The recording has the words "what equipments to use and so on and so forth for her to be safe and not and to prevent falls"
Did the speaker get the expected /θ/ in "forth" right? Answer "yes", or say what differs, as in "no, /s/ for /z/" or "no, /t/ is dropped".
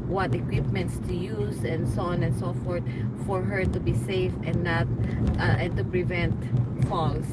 no, /t/ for /θ/